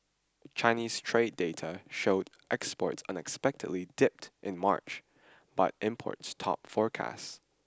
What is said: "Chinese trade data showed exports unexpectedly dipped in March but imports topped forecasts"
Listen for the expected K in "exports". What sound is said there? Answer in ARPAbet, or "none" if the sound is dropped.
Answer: K